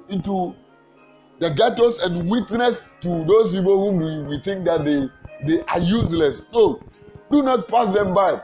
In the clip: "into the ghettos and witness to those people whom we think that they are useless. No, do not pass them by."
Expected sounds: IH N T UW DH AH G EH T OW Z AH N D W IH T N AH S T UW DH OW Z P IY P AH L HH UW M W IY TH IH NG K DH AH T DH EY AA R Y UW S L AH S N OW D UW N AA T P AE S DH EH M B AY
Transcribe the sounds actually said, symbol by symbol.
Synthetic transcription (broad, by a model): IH N T UW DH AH G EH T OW S AH N D W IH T N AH S T UW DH OW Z P IY P AH L HH UW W W IY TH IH NG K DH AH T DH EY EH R Y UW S L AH S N OW D UW N AA T P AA S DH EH M B AY